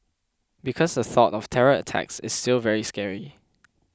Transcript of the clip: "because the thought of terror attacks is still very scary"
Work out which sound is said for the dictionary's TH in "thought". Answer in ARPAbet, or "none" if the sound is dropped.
TH